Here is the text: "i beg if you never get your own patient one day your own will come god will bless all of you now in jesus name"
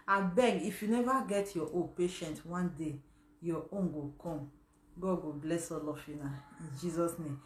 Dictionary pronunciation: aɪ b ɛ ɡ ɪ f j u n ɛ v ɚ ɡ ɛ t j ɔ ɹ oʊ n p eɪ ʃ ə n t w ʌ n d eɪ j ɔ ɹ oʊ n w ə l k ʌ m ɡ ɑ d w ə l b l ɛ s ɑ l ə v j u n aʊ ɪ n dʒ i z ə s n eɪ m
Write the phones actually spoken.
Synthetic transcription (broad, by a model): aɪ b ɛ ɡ ɪ f j u n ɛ v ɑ ɡ ɛ t j ɔ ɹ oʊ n p eɪ ʃ ə n t w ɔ n d eɪ j ɔ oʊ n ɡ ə k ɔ m ɡ ɑ d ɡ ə b l ɛ s ɑ l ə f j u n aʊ ɪ n dʒ i z ə s n eɪ m